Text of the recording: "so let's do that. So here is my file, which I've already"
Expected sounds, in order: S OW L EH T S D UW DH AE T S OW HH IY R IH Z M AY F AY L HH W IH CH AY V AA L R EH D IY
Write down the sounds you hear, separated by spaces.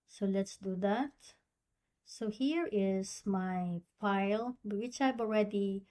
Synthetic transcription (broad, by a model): S OW L EH T S D UW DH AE T S OW HH IY R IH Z M AY F AY L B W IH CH AY V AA L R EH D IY